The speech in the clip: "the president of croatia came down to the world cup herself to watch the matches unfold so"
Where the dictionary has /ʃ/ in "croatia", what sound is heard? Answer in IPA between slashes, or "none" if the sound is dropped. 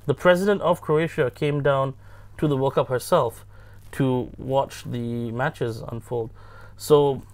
/ʃ/